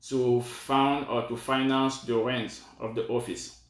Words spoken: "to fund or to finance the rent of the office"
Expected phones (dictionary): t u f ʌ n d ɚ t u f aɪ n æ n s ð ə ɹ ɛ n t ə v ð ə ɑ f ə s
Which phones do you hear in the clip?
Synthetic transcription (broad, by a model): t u f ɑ n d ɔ t u f aɪ n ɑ n s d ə ɹ ɛ n t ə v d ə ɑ f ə s